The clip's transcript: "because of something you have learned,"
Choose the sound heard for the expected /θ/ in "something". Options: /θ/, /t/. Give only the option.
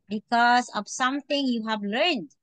/t/